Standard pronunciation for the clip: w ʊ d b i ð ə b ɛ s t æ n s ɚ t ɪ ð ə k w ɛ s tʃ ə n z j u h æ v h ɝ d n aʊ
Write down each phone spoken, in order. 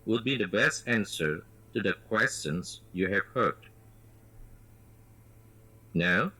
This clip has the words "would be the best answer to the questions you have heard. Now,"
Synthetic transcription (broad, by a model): w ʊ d b i ð ə b ɛ s t æ n s ɚ t ɪ ð ə k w ɛ s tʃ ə n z j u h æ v h ɝ d n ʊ